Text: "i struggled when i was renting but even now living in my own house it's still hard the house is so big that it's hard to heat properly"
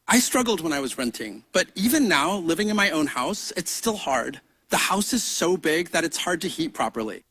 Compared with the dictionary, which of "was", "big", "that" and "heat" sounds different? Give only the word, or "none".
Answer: none